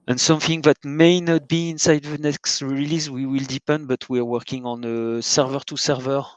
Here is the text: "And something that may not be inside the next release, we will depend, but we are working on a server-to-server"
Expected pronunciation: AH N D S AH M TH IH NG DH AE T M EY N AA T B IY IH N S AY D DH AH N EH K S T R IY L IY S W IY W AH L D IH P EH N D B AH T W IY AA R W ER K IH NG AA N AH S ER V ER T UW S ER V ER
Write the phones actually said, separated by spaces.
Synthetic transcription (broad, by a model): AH N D S AH M TH IH NG DH AE T M EY N AA T B IY IH N S AY D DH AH N EH K S T R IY L IY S W IY W AH L D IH P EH N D B AH T W IY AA R W ER K IH NG AA N AH S ER V ER T UW S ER V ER